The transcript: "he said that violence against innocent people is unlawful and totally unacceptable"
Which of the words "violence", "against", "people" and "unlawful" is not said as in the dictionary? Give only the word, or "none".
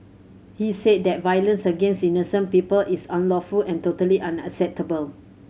none